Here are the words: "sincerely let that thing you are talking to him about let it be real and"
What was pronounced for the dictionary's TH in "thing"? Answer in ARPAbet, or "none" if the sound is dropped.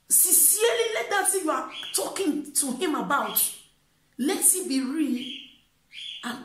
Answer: S